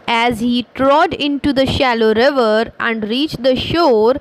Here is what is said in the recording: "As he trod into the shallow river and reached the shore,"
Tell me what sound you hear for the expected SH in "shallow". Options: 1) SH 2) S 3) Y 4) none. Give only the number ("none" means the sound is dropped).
1